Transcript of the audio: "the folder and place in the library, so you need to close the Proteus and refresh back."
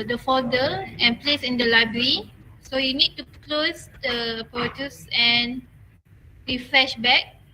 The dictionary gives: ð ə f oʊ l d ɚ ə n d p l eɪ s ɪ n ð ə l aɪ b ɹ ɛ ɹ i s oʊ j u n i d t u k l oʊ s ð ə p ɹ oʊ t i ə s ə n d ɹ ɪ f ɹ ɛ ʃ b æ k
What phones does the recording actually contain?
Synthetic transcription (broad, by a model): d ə f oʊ d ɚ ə n p l eɪ s ɪ n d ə l aɪ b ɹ ɹ i s oʊ j u n i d t u k l oʊ s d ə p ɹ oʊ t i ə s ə n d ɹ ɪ f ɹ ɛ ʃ b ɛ k